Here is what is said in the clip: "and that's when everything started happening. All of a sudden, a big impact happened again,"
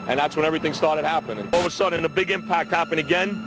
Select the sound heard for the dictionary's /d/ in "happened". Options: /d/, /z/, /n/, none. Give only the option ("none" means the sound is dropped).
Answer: none